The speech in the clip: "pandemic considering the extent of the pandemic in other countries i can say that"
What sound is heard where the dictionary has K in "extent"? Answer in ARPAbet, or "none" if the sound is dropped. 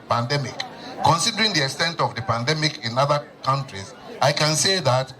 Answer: K